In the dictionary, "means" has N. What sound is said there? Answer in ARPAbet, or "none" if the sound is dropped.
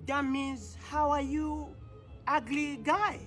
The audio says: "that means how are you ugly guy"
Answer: none